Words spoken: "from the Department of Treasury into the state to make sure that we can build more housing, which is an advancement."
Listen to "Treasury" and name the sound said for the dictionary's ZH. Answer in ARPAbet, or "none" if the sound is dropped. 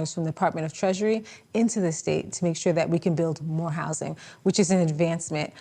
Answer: ZH